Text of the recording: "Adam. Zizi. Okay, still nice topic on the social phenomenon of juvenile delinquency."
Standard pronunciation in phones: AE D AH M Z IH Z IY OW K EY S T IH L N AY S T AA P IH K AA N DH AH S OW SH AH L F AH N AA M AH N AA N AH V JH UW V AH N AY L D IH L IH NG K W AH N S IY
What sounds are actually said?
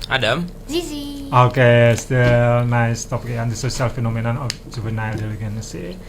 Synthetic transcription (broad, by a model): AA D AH M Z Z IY OW K EY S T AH N AY S T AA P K AA N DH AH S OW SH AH L F AH N AA M AH N AA N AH F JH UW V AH N AY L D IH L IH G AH N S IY